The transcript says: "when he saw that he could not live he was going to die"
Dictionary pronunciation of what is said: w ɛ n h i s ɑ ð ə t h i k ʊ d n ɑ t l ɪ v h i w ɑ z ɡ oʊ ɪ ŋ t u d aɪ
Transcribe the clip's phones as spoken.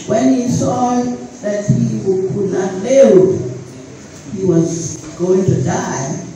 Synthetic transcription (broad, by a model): w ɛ n h i s ɑ ð ə t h i k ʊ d n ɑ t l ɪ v h i w ɑ z ɡ oʊ ɪ ŋ t u d aɪ